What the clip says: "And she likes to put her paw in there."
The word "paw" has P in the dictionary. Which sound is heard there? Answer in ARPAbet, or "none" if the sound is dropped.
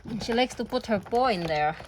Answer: B